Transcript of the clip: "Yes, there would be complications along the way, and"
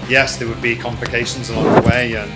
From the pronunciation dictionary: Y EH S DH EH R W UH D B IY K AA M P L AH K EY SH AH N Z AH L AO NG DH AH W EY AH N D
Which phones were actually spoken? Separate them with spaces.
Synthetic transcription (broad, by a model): Y EH S DH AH W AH D B IY K AA M P L AH K EY SH AH N Z AH L AO NG DH AH W EY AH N